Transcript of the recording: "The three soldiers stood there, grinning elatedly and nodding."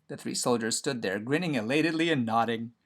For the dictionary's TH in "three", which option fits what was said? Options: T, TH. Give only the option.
TH